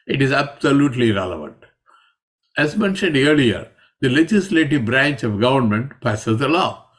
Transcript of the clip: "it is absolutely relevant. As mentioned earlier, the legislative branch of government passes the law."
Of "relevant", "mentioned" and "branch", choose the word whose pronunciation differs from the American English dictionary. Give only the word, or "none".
none